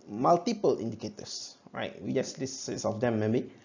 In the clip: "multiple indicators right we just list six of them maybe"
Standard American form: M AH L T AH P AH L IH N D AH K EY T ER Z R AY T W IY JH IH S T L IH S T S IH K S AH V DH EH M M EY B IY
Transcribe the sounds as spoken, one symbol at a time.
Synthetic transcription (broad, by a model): M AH L T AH P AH L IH N D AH K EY T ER S R AY T W IY JH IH S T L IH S S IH S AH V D EH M M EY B IY